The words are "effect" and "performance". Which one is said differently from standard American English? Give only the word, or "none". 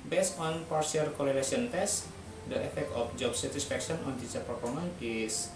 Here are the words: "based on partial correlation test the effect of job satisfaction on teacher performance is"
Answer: performance